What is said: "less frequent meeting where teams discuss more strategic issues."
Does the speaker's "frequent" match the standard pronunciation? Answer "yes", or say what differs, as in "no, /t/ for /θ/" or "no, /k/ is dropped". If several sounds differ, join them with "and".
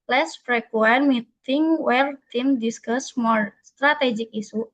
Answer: no, /p/ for /f/